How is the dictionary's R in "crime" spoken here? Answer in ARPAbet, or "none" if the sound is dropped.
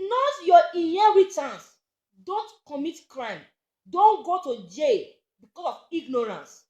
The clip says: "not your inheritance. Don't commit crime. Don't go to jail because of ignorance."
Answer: R